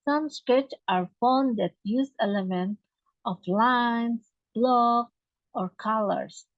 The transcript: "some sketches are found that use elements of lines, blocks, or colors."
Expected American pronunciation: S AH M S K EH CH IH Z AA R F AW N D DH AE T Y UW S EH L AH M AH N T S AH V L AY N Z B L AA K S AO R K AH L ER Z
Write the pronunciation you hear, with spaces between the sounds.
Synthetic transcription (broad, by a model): S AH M S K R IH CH AA R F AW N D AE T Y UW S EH L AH M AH N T AH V L AY N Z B L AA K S AO R K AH L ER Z